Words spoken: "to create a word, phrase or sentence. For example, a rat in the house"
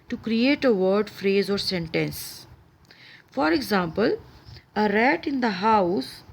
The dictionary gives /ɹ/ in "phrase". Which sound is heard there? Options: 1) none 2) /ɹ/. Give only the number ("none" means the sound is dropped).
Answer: 2